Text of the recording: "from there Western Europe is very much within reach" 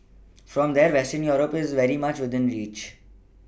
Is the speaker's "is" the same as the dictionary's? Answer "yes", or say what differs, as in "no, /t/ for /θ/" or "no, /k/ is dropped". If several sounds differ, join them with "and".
yes